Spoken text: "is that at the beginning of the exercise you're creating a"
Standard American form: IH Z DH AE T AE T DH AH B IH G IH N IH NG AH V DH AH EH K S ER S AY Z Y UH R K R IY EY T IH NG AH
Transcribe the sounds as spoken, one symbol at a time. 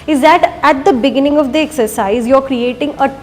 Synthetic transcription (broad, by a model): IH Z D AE T AE T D AH B IH G IH N IH NG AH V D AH EH K S ER S AY Z Y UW R K R IY EY T IH NG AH